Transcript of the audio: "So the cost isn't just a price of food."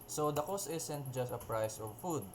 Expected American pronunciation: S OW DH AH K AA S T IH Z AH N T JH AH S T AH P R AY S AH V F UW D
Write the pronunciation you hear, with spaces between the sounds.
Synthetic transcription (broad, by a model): S OW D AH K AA S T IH S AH N T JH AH S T AH P R AY S AH V F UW D